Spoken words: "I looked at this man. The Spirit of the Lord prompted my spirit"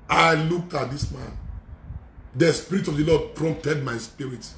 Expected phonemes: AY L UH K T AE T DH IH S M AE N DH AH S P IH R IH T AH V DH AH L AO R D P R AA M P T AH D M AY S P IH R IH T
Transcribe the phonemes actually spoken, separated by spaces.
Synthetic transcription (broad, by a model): AY L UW K AA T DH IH S M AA N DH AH S P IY R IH T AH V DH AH L AO D P R AA M P T AH D M AY S P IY R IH T